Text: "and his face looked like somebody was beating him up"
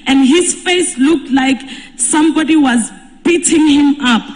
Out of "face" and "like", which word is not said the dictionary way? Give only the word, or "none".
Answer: none